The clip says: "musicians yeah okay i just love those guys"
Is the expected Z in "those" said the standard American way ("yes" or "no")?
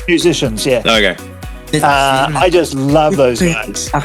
yes